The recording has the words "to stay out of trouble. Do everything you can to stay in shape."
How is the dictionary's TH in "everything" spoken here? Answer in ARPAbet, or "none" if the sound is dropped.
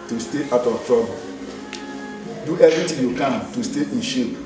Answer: T